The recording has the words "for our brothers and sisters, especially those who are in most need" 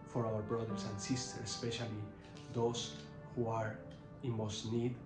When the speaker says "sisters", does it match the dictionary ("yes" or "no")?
no